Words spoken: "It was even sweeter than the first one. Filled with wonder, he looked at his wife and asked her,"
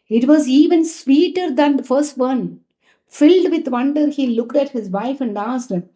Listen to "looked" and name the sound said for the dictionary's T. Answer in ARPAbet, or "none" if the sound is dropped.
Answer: T